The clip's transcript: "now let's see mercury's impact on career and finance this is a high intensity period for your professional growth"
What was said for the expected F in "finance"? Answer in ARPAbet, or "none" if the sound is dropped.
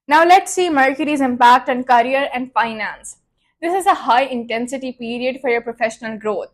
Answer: F